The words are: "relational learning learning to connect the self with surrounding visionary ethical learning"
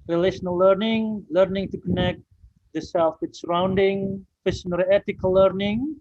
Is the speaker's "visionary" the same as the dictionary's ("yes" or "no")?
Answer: no